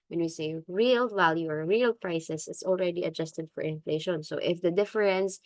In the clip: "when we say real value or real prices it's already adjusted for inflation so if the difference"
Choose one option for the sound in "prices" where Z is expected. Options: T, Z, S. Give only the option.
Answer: S